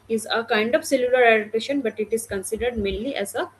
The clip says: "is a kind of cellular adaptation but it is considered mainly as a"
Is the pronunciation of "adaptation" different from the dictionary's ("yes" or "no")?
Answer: yes